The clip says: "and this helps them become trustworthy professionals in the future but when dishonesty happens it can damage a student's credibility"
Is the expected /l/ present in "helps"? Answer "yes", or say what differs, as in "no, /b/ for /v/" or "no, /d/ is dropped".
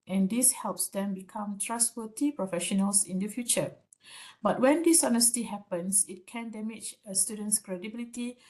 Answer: yes